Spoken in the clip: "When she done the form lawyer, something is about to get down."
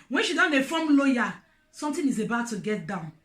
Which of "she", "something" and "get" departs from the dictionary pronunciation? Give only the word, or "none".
something